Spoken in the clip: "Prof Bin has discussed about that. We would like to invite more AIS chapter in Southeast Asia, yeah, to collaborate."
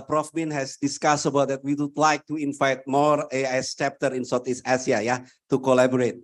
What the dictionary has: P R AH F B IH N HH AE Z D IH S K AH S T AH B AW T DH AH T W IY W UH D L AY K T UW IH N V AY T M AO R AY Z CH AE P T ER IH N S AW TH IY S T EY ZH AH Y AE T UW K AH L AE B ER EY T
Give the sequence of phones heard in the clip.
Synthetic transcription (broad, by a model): P R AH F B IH N HH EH S D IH S K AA S AH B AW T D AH T W IY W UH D L AY K T UW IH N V AY T M AO R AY S CH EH P T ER IH N S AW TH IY S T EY S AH Y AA T UW K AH L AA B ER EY T